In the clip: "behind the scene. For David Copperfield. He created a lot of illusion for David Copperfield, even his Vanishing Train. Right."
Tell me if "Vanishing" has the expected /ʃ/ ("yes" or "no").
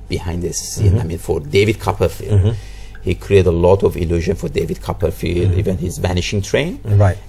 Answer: yes